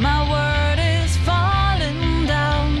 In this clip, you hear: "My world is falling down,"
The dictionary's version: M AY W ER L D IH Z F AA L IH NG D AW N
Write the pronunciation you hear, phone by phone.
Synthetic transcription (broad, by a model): M AY W ER D IH Z F AA L IH NG D AW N